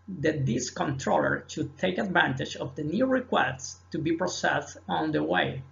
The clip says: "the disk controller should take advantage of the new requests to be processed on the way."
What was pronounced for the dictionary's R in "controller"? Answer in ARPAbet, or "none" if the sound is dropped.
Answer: R